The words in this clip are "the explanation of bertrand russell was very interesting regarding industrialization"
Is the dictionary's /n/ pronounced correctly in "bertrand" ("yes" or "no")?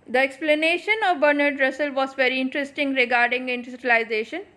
no